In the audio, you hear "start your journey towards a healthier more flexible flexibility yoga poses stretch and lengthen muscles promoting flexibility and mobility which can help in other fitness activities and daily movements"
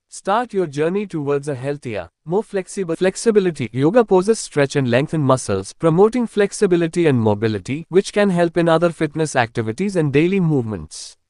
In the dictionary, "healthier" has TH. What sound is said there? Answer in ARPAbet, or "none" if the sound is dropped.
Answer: T